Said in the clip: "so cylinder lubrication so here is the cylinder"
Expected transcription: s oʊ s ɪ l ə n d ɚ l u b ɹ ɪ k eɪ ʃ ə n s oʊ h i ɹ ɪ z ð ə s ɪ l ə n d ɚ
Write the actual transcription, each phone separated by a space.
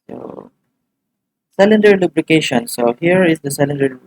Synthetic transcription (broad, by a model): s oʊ s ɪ l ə n d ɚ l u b l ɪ k eɪ ʃ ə n s oʊ h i ɹ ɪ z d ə s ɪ l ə n d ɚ